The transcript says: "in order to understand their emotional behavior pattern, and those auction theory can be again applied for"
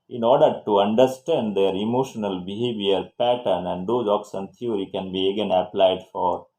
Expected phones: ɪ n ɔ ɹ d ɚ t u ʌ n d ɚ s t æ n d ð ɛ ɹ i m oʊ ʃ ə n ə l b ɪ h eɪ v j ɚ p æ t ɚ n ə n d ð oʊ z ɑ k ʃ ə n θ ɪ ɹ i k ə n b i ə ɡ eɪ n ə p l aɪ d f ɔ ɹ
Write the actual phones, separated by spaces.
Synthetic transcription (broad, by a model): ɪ n ɔ ɹ d ɚ t u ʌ n d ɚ s t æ n d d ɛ ɹ i m oʊ ʃ ə n ə l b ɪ h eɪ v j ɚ p æ t ɚ n ə n d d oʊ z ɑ k s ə n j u ɹ i k ə n b i ə ɡ eɪ n ə p l aɪ d f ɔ ɹ